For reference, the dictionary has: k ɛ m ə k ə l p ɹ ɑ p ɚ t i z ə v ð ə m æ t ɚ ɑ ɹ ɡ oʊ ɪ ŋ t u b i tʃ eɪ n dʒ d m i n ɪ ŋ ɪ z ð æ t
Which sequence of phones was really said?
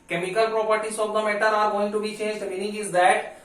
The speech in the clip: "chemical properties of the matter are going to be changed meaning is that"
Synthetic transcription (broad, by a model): k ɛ m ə k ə l p ɹ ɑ p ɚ t i s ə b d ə m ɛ t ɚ ɑ ɹ ɡ oʊ ɪ ŋ t u b i tʃ eɪ n dʒ d m i n ɪ ŋ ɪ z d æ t